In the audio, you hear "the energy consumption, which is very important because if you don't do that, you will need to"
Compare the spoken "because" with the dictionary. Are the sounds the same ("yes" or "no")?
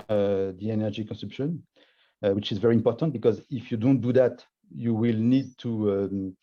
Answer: yes